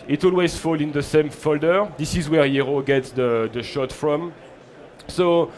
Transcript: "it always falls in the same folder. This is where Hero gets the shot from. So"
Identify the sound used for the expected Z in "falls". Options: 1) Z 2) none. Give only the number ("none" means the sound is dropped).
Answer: 2